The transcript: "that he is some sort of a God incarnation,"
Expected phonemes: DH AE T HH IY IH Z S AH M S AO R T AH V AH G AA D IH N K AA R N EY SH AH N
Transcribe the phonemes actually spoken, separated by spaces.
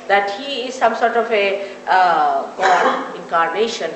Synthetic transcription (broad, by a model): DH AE T HH IY IH Z S AH M S AO R T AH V AH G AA IH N K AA R N EY SH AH N